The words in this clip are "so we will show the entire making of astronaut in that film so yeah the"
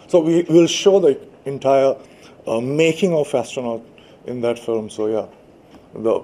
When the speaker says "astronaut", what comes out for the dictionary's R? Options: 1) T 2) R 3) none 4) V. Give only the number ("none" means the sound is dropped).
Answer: 3